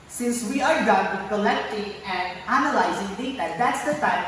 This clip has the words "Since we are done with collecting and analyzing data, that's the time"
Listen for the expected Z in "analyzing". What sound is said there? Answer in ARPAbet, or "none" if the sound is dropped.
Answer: Z